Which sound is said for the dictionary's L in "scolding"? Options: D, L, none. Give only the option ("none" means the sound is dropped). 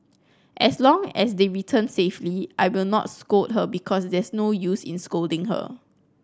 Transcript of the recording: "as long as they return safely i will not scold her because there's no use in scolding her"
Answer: L